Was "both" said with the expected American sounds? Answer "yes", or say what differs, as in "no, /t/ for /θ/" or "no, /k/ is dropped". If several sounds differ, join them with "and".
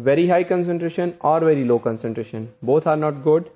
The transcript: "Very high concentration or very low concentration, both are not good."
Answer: no, /t/ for /θ/